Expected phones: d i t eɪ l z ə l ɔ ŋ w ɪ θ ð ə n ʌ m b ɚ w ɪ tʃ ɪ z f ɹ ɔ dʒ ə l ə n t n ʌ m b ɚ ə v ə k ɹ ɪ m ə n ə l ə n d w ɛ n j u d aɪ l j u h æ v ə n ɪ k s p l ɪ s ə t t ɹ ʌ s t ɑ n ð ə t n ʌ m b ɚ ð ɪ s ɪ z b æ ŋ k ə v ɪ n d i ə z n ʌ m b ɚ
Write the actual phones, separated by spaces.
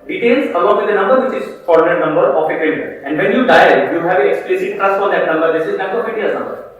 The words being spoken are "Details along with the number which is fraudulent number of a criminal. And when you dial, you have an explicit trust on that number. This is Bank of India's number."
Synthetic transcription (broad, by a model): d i t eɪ l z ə l ɔ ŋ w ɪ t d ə n ʌ m b ɚ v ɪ tʃ ɪ z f ɔ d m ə t n ʌ m b ɚ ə f ə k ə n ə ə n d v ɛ n j u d aɪ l j u h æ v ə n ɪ k s p l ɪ s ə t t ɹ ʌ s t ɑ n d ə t n ʌ m b ɚ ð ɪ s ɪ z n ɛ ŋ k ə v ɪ d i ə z n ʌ m b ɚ